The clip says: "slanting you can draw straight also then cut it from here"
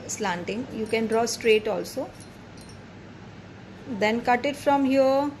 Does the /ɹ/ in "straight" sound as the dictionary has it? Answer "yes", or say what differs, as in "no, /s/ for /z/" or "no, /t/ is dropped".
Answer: yes